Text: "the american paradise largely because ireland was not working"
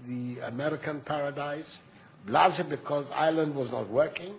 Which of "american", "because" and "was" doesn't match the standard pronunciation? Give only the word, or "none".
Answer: none